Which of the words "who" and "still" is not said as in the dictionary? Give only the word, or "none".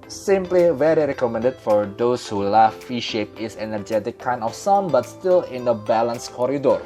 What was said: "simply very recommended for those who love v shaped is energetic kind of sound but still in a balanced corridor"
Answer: none